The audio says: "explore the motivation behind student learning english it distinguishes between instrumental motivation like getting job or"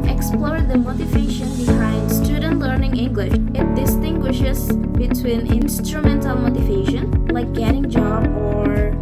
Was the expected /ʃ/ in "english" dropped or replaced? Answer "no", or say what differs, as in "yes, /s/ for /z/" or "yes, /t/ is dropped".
no